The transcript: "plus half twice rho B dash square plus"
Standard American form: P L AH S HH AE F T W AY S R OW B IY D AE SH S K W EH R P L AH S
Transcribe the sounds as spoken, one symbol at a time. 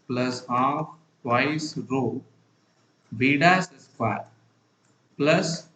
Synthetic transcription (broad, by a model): P L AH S HH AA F T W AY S R OW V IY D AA S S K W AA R P L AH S